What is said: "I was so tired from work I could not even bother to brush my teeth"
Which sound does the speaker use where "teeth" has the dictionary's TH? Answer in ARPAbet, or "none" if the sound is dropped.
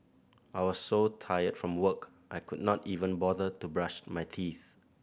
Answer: TH